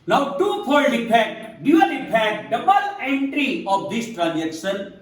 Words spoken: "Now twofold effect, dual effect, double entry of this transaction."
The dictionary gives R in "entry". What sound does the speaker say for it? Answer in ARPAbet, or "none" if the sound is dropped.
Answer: R